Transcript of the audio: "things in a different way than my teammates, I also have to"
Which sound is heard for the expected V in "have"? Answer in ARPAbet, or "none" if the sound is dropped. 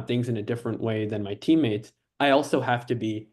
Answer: F